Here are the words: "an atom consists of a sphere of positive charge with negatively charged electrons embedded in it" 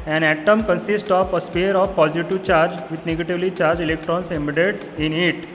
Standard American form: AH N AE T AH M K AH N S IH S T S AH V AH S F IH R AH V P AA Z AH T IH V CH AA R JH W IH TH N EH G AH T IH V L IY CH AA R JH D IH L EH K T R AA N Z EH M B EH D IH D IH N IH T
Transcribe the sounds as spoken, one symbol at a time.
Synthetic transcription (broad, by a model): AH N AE T AH M K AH N S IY S T AH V AH S P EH R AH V P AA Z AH T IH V CH AA R JH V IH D N EH G AH T IH V L IY CH AA R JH IH L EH K T R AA N S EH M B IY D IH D IH N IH T